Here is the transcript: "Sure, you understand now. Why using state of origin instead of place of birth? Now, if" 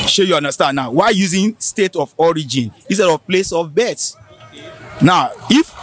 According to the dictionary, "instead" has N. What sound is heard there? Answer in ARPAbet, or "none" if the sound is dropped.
none